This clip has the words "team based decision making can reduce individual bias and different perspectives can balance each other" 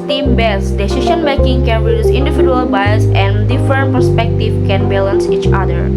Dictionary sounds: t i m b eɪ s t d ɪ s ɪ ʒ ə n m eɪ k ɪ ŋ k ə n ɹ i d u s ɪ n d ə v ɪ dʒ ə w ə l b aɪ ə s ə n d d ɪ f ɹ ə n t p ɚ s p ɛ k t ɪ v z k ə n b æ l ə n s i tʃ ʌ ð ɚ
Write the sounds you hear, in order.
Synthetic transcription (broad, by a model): t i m b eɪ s d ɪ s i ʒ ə n m eɪ k ɪ ŋ k ə n ɹ i d u s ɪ n d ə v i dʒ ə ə l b aɪ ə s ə n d d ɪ f ɹ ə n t p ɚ s p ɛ k t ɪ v k ə n b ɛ l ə n s i tʃ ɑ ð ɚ